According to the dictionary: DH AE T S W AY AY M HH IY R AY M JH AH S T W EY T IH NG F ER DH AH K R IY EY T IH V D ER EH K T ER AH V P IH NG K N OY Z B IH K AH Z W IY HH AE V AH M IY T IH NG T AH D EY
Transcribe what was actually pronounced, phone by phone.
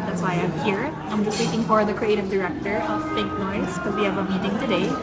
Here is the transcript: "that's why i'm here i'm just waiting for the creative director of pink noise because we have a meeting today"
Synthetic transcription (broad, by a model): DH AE T S W AY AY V HH IY R AY M JH AH S T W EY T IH NG F ER DH AH K R IY EY T IH V D ER EH K T ER AH V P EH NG K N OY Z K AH W IY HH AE V AH M IY T IH NG T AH D EY